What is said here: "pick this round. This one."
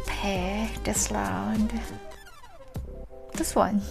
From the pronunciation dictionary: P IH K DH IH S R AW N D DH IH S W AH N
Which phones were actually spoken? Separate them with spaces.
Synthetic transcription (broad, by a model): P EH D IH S L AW N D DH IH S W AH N